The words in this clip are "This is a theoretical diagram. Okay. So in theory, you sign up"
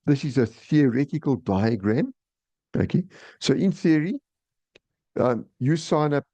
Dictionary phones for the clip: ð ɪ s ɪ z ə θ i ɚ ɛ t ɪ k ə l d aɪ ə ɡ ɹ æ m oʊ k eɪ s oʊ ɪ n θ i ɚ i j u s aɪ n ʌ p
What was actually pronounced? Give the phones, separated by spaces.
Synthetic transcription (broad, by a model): ð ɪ s ɪ z ə θ i ɚ ɛ t ɪ k ə l d aɪ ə ɡ ɹ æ m oʊ k eɪ s oʊ ɪ n θ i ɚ i j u s aɪ n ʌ p